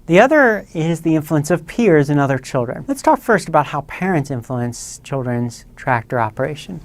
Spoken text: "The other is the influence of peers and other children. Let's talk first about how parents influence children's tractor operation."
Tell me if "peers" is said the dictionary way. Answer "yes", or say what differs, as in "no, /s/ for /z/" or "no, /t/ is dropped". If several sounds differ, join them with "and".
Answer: yes